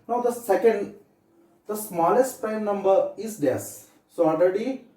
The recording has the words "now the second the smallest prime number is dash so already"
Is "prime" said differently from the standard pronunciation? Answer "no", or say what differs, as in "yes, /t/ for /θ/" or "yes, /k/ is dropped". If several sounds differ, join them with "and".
yes, /ɹ/ is dropped